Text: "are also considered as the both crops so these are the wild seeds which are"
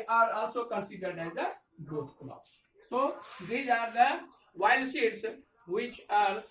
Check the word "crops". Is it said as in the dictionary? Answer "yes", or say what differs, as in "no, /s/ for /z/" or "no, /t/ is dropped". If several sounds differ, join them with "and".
no, /l/ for /ɹ/